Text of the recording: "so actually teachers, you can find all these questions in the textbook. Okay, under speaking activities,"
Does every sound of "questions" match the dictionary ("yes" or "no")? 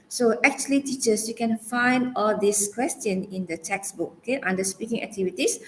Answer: no